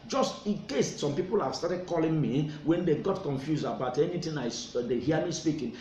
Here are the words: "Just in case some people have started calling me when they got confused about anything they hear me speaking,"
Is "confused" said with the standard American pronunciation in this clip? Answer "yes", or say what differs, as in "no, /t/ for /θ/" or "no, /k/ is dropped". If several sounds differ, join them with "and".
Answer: no, /d/ is dropped